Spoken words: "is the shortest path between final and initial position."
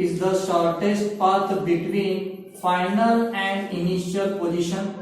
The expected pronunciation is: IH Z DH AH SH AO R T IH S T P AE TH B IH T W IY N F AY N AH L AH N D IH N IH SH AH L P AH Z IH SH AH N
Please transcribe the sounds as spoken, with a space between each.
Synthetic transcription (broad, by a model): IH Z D AH SH AO R T IH S T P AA T B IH T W IY N F AY N AH L AH N D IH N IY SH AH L P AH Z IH SH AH N